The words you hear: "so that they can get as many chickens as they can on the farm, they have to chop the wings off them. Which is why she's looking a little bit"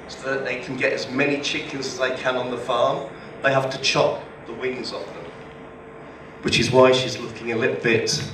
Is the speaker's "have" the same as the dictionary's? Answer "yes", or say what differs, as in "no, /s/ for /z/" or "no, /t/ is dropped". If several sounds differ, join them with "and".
no, /f/ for /v/